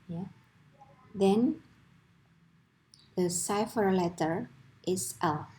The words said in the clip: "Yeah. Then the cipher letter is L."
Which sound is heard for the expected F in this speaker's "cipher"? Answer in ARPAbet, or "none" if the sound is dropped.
F